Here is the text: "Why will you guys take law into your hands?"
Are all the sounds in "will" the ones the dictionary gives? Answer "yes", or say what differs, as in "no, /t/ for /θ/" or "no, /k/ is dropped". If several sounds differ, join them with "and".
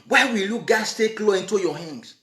yes